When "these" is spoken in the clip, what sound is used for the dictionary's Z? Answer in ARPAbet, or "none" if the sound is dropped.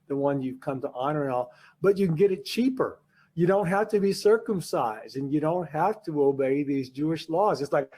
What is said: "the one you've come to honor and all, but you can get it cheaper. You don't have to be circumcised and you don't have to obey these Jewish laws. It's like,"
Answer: Z